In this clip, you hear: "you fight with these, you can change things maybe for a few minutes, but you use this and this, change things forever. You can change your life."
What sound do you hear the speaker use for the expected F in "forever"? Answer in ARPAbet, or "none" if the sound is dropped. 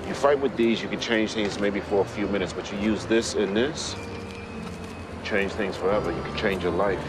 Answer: F